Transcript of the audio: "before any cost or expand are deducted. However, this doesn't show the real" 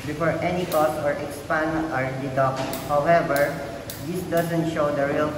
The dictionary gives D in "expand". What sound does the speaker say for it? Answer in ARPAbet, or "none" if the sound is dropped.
none